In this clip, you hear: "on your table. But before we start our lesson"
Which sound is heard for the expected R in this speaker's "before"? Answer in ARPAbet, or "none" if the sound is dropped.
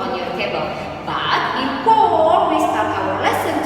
L